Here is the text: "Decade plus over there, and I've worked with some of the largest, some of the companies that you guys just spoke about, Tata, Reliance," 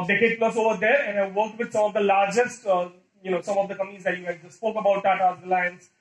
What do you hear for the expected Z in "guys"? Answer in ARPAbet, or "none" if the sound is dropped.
none